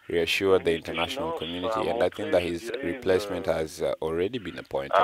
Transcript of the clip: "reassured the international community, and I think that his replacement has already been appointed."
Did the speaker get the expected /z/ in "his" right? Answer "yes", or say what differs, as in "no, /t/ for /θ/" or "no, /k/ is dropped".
yes